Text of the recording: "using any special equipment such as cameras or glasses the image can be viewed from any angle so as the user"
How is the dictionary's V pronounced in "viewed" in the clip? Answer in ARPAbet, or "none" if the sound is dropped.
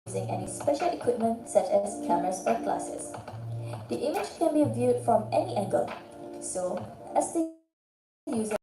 V